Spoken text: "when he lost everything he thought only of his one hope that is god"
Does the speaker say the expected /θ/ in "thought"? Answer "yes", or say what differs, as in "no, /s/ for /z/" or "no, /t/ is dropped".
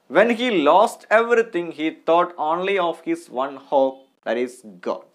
no, /t/ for /θ/